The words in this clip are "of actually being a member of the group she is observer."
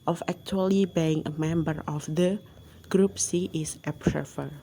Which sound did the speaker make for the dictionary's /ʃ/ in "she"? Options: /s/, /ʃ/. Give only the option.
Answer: /s/